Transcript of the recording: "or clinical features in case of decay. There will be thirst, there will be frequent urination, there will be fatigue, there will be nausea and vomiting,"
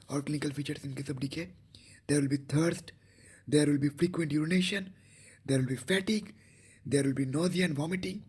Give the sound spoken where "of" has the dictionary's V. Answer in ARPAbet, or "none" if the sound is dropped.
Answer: B